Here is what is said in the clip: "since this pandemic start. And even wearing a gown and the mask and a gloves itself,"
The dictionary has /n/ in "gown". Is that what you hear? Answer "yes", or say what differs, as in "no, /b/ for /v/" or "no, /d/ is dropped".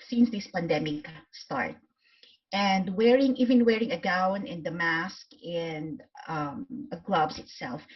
yes